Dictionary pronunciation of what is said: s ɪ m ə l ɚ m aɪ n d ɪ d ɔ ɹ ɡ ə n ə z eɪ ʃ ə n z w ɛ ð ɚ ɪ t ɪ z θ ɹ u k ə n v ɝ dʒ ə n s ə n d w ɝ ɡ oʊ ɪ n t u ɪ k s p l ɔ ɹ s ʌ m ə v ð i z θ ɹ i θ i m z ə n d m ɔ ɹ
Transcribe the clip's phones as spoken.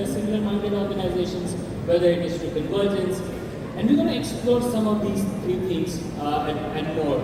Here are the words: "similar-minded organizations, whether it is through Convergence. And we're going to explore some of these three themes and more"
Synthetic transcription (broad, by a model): s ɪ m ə l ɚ m aɪ n d ɪ d ɔ ɹ ɡ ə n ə z eɪ ʃ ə n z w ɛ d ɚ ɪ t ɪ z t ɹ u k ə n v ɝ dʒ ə n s ə n d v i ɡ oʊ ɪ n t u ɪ k s p l ɔ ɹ s ʌ m ə v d i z t ɹ i t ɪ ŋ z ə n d m ɔ ɹ